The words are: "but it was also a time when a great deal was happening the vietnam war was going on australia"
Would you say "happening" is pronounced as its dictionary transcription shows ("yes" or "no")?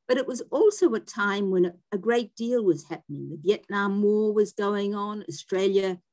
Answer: yes